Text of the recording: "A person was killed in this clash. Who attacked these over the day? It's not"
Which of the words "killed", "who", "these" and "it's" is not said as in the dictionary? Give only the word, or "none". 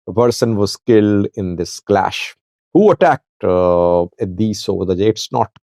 these